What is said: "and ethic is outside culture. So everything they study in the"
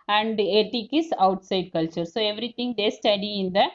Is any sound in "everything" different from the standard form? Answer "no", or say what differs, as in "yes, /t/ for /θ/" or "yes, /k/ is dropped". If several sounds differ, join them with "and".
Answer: yes, /t/ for /θ/